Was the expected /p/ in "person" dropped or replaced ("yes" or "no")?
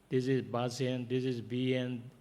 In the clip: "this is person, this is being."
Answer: yes